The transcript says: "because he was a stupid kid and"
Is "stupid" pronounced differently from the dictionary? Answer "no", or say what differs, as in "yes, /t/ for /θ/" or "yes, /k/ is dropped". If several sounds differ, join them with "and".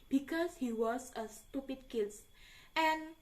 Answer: no